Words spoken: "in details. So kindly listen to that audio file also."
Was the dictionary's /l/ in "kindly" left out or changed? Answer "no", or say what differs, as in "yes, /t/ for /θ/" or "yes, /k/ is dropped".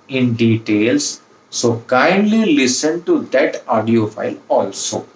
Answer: no